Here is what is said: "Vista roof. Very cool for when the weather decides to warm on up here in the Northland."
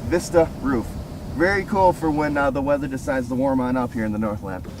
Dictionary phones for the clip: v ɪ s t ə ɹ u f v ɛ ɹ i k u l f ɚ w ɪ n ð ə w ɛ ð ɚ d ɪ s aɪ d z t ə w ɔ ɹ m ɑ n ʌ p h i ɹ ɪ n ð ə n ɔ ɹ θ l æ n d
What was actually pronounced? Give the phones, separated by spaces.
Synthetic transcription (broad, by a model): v ɪ s t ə ɹ u f v ɛ ɹ i k u l f ɚ w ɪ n ð ə w ɛ ð ɚ d ɪ s aɪ d z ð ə w ɔ ɹ m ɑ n ʌ p h i ɹ ɪ n ð ə n ɔ ɹ θ l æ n